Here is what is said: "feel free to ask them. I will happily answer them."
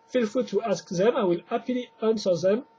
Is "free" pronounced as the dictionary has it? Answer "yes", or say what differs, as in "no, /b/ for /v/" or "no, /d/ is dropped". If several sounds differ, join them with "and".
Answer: no, /ɹ/ is dropped